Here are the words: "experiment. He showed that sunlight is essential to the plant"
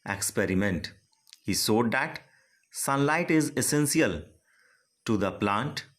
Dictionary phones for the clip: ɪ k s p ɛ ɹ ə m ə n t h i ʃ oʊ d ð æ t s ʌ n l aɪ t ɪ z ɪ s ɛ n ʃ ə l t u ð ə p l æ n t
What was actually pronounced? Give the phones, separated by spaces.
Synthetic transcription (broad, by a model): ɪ k s p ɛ ɹ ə m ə n t h i s oʊ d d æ t s ʌ n l aɪ t ɪ z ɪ s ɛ n s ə l t u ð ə p l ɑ n t